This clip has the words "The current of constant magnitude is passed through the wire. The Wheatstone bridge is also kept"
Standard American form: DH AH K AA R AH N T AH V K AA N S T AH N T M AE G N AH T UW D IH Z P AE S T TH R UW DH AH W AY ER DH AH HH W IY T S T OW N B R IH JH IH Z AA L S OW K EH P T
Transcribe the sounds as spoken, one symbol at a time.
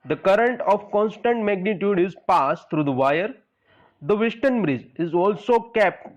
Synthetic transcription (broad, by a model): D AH K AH R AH N T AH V K AA N S T AH N T M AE G N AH T UW D IH Z P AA S T T R UW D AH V AY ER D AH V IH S T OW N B R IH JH IH Z AA L S OW K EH P T